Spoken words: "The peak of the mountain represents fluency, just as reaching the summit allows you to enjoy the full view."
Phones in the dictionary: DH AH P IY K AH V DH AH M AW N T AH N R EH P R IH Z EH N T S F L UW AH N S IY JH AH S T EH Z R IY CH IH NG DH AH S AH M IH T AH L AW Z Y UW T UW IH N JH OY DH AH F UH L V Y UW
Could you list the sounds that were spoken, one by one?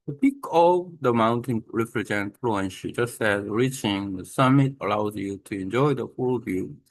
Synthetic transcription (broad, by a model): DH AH P IY K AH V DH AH M AW N T AH N R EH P R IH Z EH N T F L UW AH N SH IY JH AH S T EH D R IY CH IH NG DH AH S AH M IH T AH L AW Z Y UW T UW IH N JH OY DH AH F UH L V Y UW